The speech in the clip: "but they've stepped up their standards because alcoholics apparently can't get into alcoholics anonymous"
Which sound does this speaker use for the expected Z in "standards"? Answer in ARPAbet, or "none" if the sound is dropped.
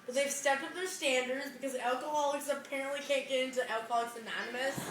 Z